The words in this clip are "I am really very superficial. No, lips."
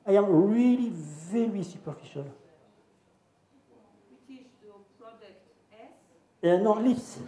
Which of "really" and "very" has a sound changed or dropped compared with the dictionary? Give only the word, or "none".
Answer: none